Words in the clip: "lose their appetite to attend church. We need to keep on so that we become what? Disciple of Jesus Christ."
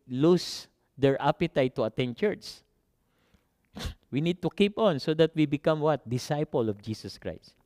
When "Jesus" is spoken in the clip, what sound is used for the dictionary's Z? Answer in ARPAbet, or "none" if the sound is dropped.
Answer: S